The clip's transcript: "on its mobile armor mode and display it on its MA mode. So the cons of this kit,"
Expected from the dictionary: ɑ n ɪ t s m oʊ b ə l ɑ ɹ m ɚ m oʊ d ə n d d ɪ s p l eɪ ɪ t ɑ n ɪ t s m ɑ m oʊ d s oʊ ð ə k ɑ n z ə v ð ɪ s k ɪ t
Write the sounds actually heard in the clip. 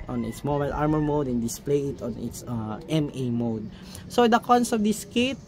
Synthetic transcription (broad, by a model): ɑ n ɪ t s m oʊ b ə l ɑ ɹ m ɚ m oʊ d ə n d d ɪ s p l eɪ ɪ t ɑ n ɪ t s m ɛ m oʊ d s oʊ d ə k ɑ n s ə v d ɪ s k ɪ t